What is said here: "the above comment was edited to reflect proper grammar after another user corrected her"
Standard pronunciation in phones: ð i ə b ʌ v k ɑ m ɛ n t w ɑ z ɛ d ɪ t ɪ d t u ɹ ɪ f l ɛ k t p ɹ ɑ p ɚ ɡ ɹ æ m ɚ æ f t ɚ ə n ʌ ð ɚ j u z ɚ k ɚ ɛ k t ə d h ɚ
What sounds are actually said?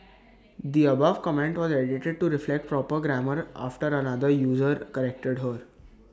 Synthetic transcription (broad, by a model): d i ə b ʌ v k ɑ m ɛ n t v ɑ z ɛ d ɪ t ɪ d t u ɹ ɪ f l ɛ k t p ɹ ɑ p ɚ ɡ ɹ æ m ɚ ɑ f t ɚ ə n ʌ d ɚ j u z ɚ k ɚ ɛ k t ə d h ɚ